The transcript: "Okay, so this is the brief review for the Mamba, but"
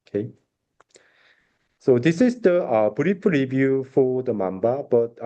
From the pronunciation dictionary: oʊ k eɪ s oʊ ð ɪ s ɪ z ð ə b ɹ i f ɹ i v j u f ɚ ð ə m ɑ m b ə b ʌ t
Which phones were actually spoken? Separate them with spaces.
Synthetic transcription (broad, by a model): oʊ k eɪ s oʊ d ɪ s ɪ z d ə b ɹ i p ɹ i v j u f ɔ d ə m ɑ m b ə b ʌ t